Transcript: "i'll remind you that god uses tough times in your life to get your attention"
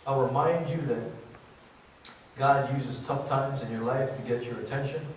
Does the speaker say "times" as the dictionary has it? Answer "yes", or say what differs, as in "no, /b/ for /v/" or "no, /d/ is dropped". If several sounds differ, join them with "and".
yes